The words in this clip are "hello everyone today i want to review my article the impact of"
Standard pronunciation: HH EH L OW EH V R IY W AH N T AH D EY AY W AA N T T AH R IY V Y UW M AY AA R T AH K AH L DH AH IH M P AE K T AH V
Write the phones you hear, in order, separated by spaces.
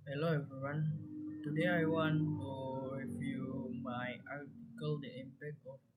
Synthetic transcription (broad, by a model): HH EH L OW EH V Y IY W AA N T AH D EY AY W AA N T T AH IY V Y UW M AY AA R T AH K AH L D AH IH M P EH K AH